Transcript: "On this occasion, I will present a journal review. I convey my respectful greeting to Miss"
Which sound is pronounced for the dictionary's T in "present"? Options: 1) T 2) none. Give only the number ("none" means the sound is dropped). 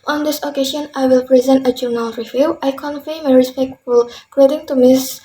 1